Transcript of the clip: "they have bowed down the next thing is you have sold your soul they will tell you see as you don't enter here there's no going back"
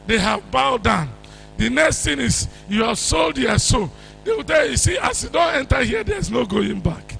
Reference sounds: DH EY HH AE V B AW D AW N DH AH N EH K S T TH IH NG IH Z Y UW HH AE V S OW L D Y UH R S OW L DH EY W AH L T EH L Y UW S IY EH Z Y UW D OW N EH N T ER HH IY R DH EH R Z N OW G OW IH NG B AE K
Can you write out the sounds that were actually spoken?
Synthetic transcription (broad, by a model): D EY HH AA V B AW D AW N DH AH N EH K S T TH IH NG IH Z Y UW HH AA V S OW L D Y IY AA S OW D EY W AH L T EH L Y UW S IY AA S Y UW D OW N EH N T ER HH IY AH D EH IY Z N OW G OW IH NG B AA K